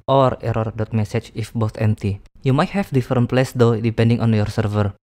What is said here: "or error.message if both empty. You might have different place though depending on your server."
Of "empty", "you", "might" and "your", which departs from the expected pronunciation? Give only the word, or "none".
none